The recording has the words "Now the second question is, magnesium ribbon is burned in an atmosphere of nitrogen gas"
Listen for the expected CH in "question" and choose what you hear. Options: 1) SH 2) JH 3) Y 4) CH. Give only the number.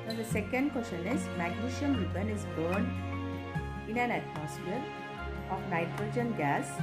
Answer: 1